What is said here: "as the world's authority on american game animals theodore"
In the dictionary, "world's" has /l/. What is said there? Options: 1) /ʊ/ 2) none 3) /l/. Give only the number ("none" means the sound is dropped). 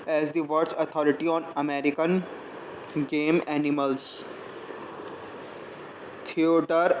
2